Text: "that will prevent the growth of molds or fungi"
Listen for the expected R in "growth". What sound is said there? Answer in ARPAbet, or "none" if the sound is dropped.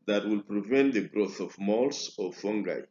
R